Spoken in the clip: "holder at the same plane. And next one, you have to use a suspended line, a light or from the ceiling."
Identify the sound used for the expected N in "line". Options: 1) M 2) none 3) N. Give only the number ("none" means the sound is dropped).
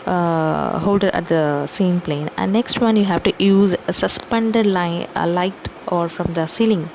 2